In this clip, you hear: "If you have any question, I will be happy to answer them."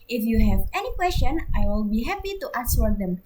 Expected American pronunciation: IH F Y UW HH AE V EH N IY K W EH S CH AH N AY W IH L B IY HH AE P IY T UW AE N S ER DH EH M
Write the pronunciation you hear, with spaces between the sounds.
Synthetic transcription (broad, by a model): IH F Y UW HH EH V EH N IY K W EH S CH AH N AY W IH L B IY HH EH P IY T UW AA S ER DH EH M